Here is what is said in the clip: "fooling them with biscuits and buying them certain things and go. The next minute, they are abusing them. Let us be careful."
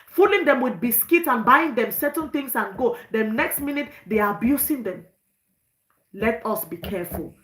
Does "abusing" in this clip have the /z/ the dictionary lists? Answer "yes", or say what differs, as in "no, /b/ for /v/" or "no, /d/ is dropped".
no, /s/ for /z/